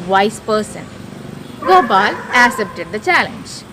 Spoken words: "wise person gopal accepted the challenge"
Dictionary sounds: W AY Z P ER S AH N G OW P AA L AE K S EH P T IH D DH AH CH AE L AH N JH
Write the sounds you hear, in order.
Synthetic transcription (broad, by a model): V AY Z P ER S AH N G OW B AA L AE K S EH P T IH D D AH CH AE L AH N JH